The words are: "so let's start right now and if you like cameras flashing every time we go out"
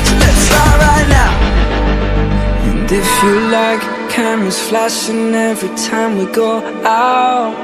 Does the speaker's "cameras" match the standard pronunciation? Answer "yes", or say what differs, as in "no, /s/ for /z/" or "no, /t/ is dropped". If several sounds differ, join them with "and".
no, /ɹ/ is dropped